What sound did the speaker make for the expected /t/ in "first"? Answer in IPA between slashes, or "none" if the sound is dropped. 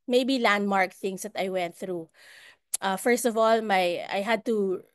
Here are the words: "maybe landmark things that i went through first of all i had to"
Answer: /t/